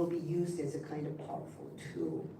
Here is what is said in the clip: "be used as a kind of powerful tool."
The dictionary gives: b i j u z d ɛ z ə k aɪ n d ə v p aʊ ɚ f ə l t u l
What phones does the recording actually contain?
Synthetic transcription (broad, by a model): b i j u z d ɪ z ə k aɪ n d ə v p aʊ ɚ f l t u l